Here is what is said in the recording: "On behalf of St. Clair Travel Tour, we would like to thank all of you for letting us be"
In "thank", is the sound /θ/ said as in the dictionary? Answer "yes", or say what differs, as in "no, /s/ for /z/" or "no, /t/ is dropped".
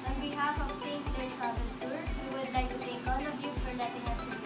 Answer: no, /t/ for /θ/